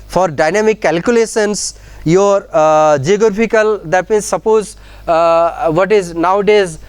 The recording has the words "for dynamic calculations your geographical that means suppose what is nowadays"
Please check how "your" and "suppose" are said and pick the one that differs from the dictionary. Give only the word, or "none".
none